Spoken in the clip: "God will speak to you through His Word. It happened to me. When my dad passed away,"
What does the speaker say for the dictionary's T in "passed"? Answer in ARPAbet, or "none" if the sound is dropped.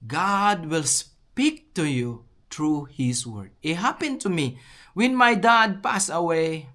none